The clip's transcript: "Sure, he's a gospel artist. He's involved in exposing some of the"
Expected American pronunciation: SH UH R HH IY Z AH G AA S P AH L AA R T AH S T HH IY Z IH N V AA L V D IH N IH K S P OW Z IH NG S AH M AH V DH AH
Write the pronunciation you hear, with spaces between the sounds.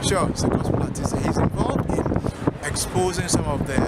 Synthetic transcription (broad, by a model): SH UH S AH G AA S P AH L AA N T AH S HH IY Z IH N V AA L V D IH N IH K S P OW Z IH NG S AH M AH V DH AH